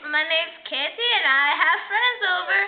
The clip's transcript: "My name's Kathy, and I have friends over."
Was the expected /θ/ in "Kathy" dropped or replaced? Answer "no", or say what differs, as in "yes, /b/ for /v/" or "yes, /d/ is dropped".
yes, /t/ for /θ/